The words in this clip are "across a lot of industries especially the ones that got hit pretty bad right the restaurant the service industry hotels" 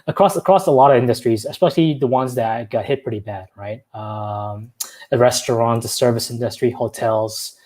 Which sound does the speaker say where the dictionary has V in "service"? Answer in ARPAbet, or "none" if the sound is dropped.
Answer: V